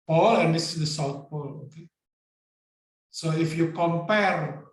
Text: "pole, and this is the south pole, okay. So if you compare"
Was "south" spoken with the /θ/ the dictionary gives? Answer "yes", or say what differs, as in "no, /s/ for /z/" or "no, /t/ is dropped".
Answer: no, /t/ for /θ/